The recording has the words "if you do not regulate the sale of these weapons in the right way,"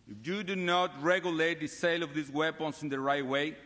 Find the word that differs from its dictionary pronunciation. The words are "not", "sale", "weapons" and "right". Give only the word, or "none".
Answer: weapons